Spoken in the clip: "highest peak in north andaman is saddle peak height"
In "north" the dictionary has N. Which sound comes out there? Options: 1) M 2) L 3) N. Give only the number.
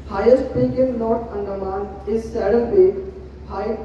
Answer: 2